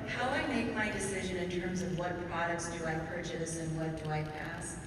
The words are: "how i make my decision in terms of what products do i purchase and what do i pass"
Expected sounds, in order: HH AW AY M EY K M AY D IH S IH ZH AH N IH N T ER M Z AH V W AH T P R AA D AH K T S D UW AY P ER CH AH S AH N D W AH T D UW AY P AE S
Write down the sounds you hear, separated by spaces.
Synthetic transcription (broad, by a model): HH AW AY M EY K M AY D IH S IH ZH AH N IH N T ER M Z AH V W AH T P R AA D AH K T S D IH AY P ER CH AH S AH N W AH T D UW AY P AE S